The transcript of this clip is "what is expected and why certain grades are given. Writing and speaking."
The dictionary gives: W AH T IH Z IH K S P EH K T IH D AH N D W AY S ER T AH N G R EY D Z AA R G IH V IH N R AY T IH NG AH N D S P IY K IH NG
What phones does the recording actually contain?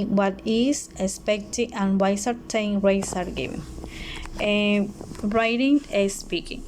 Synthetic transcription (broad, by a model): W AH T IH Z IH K S P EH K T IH AH N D W AY S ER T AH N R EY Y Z AA R G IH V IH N R AY T IH NG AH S P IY K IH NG